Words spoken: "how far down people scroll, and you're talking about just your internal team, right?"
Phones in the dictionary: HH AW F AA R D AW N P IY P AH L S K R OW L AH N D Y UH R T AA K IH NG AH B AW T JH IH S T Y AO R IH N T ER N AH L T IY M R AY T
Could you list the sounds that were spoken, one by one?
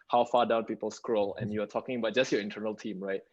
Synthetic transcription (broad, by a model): HH AW F AA D AW N P IY P AH L S K R OW L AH N Y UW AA T AA K IH NG AH B AW T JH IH S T Y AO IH N T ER N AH L T IY M R AY T